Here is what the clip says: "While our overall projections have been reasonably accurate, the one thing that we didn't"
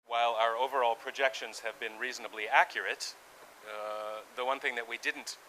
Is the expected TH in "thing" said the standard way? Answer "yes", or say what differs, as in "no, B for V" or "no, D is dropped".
yes